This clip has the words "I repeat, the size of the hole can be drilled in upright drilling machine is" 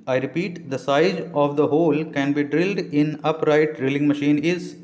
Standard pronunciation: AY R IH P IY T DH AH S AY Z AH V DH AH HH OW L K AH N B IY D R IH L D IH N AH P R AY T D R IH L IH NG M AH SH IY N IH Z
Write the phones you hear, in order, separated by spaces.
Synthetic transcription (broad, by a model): AY R IH P IY T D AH S AY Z AH V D AH HH OW L K AH N B IY D R IH L D IH N AH P R AY T D R IH L IH NG M AH SH IY N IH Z